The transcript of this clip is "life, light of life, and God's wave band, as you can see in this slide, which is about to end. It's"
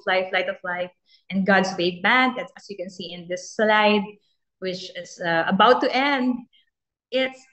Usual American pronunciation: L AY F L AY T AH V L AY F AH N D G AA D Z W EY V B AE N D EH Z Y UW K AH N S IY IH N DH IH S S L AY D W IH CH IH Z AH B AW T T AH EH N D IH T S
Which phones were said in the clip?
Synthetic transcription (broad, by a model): L AY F L AY T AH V L AY F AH N G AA D S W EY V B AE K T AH S Y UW K AH N S IY IH N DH IH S S L AY D W IH CH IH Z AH B AW T T EH N D IH T S